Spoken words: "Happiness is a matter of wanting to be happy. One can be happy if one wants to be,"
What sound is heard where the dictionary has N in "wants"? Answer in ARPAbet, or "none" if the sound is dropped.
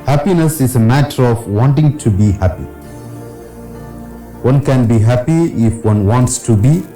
N